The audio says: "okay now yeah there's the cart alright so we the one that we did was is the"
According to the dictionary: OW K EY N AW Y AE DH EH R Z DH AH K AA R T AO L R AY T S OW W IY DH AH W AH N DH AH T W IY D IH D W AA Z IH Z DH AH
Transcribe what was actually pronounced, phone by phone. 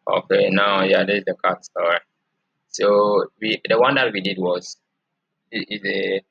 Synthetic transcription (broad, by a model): OW K EY N AW Y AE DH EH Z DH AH K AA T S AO R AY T S OW W IY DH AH W AH N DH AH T W IY D IH D W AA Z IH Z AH